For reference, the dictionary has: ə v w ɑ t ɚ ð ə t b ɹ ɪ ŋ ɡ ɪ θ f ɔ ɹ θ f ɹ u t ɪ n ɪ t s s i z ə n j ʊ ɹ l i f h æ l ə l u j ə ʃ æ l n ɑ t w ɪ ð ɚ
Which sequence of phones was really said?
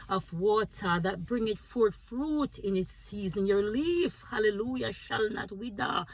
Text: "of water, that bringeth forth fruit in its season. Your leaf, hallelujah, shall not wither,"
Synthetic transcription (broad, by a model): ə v w ɑ t ɚ ð ə t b ɹ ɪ ŋ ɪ t f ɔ ɹ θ f ɹ u t ɪ n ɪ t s s i z ə n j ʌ ɹ l i f h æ l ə l u j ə ʃ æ l n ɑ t w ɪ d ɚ